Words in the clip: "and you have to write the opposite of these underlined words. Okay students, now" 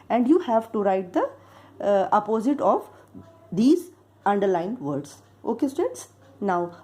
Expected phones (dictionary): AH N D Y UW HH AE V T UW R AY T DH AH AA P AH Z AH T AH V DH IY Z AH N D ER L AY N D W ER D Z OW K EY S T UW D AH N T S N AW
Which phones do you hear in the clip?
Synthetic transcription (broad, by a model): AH N D Y UW HH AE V T UW R AY T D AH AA P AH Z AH T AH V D IY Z AH N D ER L AY N D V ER D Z OW K EY S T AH T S N AW